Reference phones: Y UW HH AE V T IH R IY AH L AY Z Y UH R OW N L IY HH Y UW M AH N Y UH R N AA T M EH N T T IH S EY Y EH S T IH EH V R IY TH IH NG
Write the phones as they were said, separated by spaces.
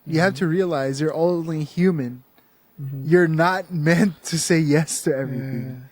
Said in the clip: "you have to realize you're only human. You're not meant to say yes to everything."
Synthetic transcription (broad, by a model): Y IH HH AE F T IH R IY AH L AY Z Y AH R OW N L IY HH Y UW M AH N Y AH R N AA T M EH N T T IH S EY Y EH S T IH EH V R IY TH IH NG